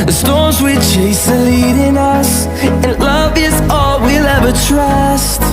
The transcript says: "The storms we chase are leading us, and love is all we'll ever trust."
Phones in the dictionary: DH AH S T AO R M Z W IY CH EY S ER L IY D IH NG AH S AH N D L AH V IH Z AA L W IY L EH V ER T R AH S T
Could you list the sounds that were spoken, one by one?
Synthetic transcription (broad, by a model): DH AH S T AO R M Z W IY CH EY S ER L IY D IH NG AH S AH N L AH V IH Z AA L W IY L EH V ER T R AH S T